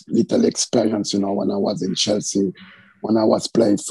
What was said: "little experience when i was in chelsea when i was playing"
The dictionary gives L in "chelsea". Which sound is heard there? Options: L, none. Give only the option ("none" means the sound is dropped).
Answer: L